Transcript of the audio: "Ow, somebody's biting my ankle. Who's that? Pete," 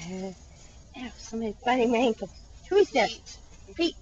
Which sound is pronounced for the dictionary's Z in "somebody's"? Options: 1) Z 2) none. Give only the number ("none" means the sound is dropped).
2